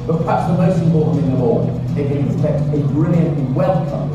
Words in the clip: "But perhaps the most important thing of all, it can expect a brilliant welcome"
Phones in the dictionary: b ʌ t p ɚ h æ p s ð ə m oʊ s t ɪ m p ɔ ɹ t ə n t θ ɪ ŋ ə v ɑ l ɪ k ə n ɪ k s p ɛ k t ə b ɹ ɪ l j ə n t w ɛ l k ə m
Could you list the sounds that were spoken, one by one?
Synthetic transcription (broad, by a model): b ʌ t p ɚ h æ p s ð ə m oʊ s t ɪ m p ɔ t n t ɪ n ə w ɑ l ɪ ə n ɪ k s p ɛ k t ə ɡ ɹ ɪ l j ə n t w ɛ l k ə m